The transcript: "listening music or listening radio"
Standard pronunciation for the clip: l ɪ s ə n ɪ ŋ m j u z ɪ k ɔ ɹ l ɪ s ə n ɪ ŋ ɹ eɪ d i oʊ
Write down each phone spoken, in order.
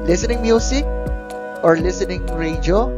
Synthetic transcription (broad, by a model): l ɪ s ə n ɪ ŋ m j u s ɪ k ɔ ɹ l ɪ s ə n ɪ ŋ ɹ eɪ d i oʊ